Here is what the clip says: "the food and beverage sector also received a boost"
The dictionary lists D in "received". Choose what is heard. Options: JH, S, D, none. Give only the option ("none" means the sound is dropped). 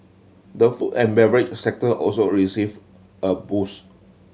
none